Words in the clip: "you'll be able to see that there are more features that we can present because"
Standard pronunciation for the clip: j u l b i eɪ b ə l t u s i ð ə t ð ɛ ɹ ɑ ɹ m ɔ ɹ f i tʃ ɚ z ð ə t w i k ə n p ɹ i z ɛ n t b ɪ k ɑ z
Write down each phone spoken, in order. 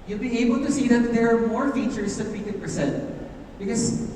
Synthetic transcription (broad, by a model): j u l b i eɪ b ə l t u s i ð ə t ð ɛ ɹ ɑ ɹ m ɔ ɹ f i tʃ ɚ s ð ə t w i k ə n p ɹ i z ɛ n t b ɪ k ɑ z